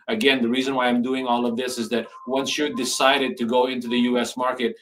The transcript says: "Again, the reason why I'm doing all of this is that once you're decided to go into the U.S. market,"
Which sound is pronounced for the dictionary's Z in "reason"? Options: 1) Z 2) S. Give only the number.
1